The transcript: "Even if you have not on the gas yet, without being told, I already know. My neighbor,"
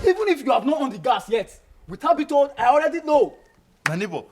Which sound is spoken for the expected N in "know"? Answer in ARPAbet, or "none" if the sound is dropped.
L